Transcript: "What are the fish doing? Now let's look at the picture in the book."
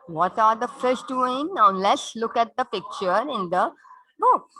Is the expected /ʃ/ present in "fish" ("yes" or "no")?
no